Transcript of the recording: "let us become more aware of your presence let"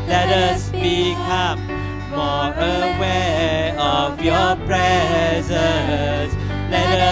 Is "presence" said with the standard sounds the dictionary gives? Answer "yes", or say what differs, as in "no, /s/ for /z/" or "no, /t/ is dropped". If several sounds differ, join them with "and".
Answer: no, /n/ is dropped